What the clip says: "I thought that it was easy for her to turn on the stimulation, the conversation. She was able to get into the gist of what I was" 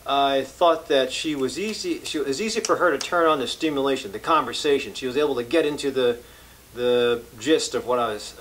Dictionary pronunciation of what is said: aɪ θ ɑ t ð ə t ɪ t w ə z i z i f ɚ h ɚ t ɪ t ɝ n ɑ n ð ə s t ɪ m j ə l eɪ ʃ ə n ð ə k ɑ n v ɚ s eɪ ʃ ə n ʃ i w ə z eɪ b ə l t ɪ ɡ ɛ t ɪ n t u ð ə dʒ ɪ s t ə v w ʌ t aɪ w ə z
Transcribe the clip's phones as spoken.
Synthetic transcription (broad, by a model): aɪ θ ɑ t ð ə t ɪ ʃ w ə z i z i f ɚ ɚ t ɪ t ɝ n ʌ n ð ə s t ɪ m j ə l eɪ ʃ ə n ð ə k ɑ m v ɚ s eɪ ʃ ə n ʃ i w ə z eɪ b l t ɪ ɡ ɛ t ɪ n t u ð ə dʒ ɪ s t ə v w ʌ t aɪ w ə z